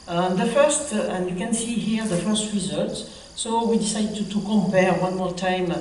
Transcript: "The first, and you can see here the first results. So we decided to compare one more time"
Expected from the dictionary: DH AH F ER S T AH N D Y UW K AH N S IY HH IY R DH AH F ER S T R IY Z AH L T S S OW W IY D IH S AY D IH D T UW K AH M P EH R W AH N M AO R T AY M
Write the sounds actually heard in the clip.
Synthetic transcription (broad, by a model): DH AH F ER S T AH N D Y UW K AH N S IY HH IY R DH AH F ER S T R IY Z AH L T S S OW W IY D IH S AY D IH T UW K AH M P EH R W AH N M AO R T AY M